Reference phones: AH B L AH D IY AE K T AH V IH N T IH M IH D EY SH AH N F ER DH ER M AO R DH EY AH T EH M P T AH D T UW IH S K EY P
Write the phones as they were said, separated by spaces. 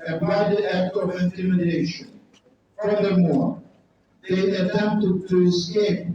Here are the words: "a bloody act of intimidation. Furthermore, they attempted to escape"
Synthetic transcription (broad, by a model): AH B AA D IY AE K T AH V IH N T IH M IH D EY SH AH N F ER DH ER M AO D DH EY AH T EH M P T AH D T UW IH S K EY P